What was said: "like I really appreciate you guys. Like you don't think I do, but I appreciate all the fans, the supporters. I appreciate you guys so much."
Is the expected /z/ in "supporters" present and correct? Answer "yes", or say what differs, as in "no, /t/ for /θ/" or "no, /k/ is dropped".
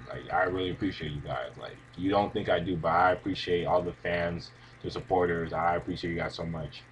yes